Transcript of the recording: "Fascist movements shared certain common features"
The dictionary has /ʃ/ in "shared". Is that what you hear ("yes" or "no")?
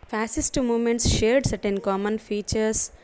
yes